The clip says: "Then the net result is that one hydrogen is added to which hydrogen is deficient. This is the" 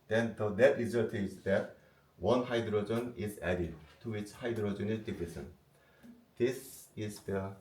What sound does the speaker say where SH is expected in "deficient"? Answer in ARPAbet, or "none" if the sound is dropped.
S